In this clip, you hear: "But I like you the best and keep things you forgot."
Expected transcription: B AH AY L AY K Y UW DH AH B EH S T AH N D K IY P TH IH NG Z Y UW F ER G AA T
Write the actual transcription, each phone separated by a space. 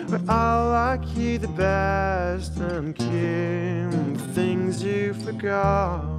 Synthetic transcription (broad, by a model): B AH AY L AY K Y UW DH AH B EH S T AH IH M K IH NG TH IH NG Z Y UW F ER G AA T